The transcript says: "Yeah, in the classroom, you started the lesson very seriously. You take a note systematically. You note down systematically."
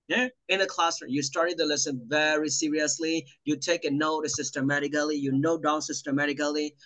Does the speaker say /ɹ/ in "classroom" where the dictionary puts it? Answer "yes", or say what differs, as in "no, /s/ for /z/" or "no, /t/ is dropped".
no, /ɹ/ is dropped